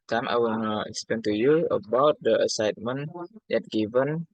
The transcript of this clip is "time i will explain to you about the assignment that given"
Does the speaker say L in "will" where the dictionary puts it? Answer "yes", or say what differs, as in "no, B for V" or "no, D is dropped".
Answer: no, N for L